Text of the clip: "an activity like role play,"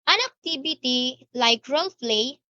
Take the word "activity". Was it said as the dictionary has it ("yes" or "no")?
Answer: no